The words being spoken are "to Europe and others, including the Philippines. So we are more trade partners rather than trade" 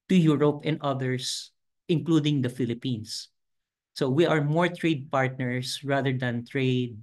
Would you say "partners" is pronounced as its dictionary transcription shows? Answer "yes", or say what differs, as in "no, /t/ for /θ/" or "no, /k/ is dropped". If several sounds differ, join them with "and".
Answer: no, /s/ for /z/